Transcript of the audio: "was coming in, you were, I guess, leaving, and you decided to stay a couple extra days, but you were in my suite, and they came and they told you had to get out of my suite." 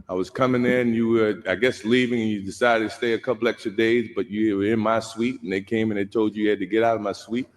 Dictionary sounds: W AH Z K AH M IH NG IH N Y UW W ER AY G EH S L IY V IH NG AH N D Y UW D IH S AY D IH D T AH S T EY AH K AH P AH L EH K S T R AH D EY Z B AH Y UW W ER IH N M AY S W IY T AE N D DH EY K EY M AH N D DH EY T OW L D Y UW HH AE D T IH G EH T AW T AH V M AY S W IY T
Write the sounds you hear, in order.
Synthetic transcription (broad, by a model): W AH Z K AH M IH NG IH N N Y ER AY G EH S L IY V IH NG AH N Y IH D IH S AY D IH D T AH S T EY AH K AH P L EH K S T R AH D EY Z B AH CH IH W ER IH N M AY S W IY T N DH EY K EY M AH N DH EY T OW L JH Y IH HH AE D T IH G EH T AW T AH V M AY S W IY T